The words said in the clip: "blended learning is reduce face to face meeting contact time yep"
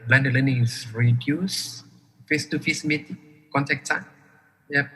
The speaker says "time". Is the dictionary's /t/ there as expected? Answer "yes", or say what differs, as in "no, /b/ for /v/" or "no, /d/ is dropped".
no, /s/ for /t/